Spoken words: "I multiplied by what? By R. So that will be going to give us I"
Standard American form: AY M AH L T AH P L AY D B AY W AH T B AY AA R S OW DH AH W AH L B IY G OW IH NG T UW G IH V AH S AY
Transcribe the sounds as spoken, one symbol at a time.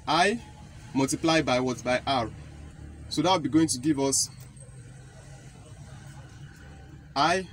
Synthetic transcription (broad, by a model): AY M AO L T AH P L AY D B AY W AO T B AY AA R S OW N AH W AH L B IY G OW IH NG T UW G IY V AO S AY